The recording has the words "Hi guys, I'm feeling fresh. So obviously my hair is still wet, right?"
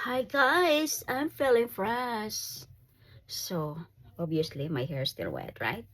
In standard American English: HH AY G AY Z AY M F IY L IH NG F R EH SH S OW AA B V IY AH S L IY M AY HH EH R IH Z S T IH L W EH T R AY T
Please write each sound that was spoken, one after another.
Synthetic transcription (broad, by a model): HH AY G AY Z AY M F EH L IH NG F R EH S S OW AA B IY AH S L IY M AY HH EH R S T IH L W EH T R AY T